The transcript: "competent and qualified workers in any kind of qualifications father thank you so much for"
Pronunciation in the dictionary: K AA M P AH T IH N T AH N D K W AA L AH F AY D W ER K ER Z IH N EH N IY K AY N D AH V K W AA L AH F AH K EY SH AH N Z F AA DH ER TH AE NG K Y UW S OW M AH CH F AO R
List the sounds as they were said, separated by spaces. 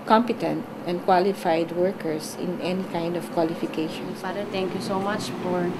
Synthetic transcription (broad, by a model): K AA M P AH T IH N T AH N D K W AA L AH F AY D W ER K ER S IH N EH N IY K AY N D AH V K W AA L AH F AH K EY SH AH N S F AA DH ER T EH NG K Y UW S OW M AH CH F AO R